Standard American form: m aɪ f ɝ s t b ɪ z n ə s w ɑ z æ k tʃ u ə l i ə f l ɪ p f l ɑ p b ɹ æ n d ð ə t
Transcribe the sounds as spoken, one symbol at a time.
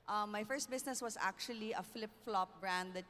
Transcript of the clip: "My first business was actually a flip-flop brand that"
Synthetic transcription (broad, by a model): m aɪ f ɝ s t b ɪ s n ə s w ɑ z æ k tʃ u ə l i ə f l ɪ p f l ɑ p b ɹ æ n d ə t